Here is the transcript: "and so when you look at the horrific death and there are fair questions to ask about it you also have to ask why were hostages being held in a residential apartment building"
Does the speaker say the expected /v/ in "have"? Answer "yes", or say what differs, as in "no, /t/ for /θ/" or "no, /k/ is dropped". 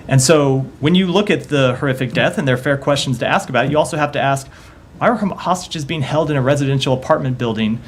no, /f/ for /v/